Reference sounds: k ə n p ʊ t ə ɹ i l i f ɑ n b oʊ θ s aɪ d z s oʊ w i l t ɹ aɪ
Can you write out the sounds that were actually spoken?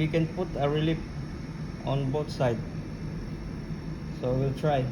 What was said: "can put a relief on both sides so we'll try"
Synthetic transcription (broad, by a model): k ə n p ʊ t ə ɹ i l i p ɑ n b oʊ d s aɪ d s oʊ w i l t ɹ aɪ